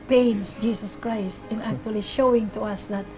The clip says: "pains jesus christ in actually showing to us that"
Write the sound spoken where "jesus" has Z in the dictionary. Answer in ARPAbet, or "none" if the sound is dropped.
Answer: S